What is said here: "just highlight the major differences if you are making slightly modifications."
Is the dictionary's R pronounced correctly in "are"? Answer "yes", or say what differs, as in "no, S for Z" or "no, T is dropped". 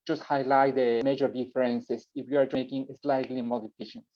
yes